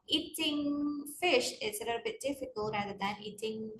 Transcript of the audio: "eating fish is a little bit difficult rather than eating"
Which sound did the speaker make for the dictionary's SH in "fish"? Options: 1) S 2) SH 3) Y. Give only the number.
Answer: 2